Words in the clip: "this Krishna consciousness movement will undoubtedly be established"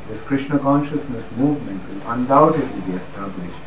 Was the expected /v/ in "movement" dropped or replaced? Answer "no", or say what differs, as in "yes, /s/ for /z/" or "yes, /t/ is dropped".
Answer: no